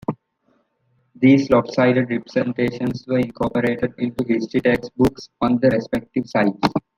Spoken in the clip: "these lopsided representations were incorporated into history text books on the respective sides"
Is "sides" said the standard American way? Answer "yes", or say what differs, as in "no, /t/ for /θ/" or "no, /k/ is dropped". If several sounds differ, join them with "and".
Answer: no, /s/ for /z/